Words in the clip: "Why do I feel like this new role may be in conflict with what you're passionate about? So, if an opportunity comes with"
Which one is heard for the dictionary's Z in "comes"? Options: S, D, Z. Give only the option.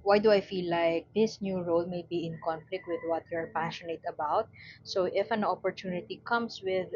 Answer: S